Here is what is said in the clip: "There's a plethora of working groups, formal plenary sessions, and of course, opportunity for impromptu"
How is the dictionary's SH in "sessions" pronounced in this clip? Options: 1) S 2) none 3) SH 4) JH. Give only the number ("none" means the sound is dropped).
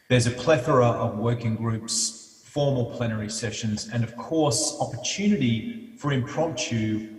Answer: 3